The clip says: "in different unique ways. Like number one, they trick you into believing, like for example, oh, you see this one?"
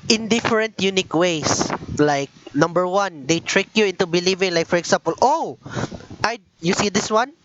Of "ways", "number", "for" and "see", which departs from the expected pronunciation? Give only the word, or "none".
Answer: ways